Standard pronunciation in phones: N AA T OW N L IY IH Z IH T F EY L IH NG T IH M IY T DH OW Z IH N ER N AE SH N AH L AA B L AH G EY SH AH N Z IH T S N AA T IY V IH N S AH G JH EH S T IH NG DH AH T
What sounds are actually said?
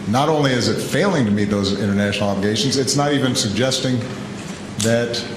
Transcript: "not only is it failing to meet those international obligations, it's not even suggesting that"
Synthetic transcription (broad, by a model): N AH T OW N L IY IH Z IH T F EY L IH NG T IH M IY T DH OW Z IH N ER N AE SH N L AA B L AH G EY SH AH N Z IH T S N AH T IY V IH N S AH G JH EH S T IH NG DH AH T